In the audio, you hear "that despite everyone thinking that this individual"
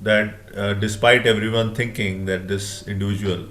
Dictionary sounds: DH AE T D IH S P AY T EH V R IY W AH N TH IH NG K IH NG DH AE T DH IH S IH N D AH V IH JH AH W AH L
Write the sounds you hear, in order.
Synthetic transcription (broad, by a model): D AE T D IH S P AY T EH V R IY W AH N T IH NG K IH NG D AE T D IH S IH N D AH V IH JH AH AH L